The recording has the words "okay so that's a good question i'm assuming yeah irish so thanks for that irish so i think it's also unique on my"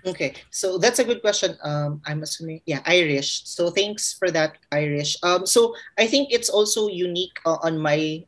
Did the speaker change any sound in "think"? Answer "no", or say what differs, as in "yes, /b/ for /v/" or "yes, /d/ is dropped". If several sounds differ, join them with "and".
no